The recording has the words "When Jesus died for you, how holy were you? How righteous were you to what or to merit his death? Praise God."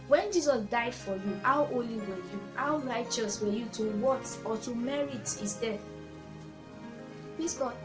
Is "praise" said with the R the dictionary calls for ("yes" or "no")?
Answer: no